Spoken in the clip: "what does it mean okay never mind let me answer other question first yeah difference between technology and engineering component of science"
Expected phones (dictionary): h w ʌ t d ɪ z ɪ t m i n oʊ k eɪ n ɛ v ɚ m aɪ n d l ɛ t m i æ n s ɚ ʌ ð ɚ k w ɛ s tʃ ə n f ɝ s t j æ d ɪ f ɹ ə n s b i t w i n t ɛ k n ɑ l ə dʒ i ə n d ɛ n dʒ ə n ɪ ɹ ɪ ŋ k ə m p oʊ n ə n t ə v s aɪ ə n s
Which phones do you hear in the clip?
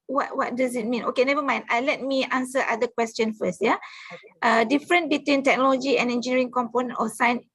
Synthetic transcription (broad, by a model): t w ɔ t d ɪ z ɪ t m i n oʊ k eɪ n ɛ v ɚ m aɪ n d l ɛ t m i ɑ n s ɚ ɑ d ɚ k w ɛ s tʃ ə n f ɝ s t j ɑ d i f ɹ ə n b i t w i n t ɛ k n ɑ l ə dʒ i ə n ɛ n dʒ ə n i ɹ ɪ ŋ k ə m p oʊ n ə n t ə s aɪ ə n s